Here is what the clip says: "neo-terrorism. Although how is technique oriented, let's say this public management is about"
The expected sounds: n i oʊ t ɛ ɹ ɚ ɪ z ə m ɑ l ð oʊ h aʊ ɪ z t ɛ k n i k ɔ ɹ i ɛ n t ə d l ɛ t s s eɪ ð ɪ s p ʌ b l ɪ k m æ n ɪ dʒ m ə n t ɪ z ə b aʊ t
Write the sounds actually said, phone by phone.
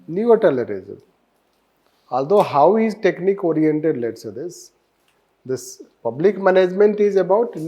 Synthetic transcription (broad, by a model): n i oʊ t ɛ l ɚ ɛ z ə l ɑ l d oʊ h aʊ ɪ z t ɛ k n i k ɔ ɹ i ɛ n t ə d l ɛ t s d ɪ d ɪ s p ʌ b l ɪ k m æ n ɪ dʒ m ə n t ɪ z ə b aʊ t